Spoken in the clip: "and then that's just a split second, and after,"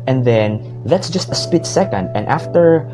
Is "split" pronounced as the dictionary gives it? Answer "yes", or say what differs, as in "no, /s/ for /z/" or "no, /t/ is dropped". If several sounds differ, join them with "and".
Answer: no, /l/ is dropped